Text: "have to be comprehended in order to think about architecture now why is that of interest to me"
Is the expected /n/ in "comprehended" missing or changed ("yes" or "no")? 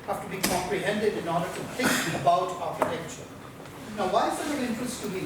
no